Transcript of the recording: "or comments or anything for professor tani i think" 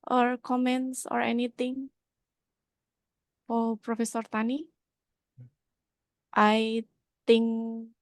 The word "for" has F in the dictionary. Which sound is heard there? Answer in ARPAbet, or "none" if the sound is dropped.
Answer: P